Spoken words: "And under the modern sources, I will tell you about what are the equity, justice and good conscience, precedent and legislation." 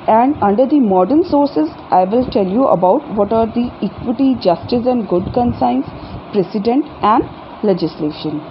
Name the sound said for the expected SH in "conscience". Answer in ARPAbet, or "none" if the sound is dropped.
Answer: S